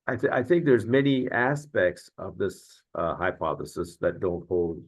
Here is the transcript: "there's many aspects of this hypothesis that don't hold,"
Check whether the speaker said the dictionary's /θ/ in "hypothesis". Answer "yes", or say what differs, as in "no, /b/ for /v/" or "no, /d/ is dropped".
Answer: yes